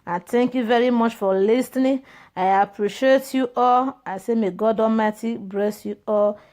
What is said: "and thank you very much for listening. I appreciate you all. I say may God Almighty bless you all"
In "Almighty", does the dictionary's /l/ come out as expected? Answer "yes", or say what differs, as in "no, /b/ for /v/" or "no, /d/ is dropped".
no, /l/ is dropped